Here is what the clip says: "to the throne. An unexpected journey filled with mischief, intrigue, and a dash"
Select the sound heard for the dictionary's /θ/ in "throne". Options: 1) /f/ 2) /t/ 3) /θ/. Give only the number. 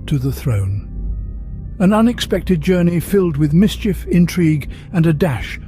3